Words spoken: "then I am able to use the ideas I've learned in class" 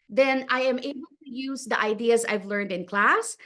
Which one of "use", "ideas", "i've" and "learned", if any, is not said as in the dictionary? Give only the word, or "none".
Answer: none